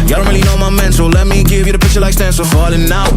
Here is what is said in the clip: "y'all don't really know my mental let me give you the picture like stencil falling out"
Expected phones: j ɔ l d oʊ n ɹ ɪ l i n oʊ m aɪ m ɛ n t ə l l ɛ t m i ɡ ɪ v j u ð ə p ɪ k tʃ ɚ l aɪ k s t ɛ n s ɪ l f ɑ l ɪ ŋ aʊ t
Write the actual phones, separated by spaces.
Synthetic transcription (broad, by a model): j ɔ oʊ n ɹ ɪ l i n oʊ m aɪ m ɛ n s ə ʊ l ɛ t m i ɡ ɪ v j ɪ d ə p ɪ k tʃ ɚ l aɪ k s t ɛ n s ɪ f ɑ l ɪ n aʊ